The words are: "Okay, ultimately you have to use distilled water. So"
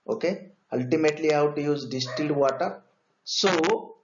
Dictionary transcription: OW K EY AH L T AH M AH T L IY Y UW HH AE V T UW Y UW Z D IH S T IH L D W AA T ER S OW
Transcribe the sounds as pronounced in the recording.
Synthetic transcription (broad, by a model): OW K EY AH L T AH M AH T L IY HH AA W T UW Y UW Z D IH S T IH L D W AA T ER S OW